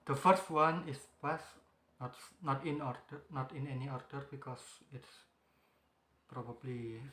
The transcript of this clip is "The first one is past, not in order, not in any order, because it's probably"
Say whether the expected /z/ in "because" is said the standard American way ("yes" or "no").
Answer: no